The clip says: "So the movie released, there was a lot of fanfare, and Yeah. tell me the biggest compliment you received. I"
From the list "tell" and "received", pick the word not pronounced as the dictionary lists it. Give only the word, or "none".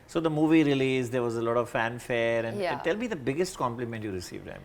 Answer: none